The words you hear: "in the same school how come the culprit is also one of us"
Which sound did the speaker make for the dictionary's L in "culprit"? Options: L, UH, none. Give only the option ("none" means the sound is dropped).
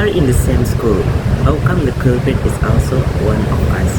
none